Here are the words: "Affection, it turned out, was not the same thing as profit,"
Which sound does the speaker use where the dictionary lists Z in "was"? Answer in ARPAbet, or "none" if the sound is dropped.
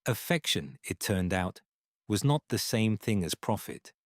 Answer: Z